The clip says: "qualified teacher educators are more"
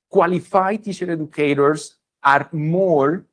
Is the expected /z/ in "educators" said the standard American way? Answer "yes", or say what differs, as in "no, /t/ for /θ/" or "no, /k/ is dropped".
no, /s/ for /z/